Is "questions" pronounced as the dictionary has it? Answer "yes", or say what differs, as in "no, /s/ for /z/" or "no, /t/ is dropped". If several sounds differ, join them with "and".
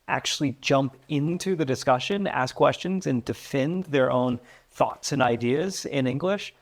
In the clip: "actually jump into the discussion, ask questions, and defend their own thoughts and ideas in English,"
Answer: yes